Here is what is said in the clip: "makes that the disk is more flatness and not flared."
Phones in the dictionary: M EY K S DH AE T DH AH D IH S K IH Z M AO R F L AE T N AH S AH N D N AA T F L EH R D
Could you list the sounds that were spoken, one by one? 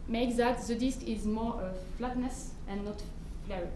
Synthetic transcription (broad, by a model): M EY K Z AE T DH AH D IH S K IH Z M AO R F L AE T N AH S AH N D N AA T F L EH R